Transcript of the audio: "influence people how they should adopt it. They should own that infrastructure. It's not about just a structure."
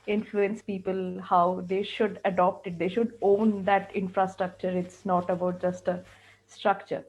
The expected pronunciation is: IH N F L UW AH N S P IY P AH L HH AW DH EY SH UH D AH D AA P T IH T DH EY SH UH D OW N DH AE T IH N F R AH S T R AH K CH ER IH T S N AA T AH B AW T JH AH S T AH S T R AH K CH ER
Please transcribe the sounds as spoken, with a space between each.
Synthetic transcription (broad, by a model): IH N F L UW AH N S P IY P AH L HH AW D EY SH UH D AH D AA P T IH T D EY SH UH D OW N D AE T IH N F R AH S T R AH K CH ER IH T S N AA T AH B AW T JH AH S T AH S T R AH K CH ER